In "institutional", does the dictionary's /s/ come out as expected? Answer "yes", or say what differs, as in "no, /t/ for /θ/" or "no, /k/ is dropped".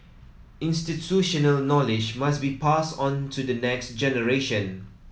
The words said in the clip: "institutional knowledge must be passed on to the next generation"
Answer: yes